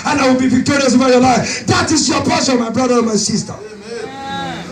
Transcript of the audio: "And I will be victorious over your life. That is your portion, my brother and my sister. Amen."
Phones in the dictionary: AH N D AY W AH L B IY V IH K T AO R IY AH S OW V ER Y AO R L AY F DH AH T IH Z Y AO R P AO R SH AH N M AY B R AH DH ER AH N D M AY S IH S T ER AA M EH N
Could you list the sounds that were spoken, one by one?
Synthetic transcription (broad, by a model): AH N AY W AH L B IY V IH K T AO R IY AH S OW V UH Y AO L AY F DH AH T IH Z Y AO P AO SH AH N M AY B R AH DH ER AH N M AY S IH S T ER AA